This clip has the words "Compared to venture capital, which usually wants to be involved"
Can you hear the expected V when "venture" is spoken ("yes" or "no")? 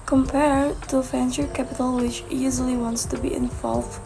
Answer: no